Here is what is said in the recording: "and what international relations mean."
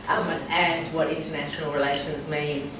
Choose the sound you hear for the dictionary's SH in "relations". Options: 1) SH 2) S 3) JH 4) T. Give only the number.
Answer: 1